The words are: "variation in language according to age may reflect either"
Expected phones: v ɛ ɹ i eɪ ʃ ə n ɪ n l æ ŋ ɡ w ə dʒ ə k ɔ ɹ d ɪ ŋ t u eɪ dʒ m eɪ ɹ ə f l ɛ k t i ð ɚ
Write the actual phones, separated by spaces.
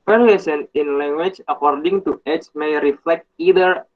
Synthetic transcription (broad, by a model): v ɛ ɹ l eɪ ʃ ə n ɪ n l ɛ ŋ ɡ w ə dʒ ə k ɔ ɹ d ɪ ŋ t u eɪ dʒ m eɪ ɹ ə f l ɛ k t i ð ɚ